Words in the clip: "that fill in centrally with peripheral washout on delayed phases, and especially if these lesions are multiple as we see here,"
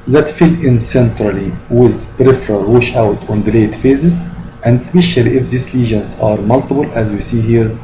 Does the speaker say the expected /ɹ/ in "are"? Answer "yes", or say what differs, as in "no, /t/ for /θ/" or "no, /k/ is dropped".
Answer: yes